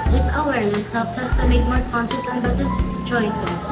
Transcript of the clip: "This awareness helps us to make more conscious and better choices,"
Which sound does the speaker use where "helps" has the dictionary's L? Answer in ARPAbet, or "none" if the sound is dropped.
none